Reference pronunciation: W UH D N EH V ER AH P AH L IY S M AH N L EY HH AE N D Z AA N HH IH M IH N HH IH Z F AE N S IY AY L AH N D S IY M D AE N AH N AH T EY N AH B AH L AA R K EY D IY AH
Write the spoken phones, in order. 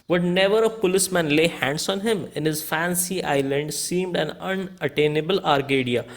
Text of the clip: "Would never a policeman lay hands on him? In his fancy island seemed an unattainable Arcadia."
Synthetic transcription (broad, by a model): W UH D N EH V ER AH P AH L IY S M AH N L EY HH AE N D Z AA N HH IH M IH N HH IH Z F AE N S IY AY L AH N D S IY M D AE N AH N AH T EY N AH B AH L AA R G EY D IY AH